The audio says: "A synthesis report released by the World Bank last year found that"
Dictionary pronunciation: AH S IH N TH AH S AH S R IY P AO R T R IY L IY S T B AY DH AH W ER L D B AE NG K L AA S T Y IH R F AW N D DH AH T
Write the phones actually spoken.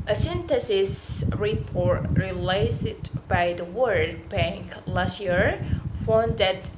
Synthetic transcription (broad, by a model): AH S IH N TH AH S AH S R IY P AO R T R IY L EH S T B AY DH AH W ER D B AE NG K L AA S T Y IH R F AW N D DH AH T